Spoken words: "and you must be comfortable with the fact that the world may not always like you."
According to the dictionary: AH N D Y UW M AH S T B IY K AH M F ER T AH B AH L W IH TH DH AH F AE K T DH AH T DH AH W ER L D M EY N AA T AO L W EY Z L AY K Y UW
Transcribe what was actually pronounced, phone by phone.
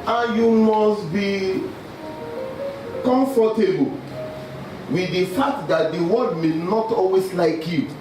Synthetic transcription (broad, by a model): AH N Y UW M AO S T B IY K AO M F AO T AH B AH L W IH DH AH F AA K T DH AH T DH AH W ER D M EY N AA T AO L W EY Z L AY K Y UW